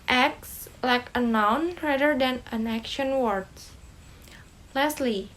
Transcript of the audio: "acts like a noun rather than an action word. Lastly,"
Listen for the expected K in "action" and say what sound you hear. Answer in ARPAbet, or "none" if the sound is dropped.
K